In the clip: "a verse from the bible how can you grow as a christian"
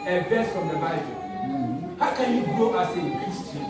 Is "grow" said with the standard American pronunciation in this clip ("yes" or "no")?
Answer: no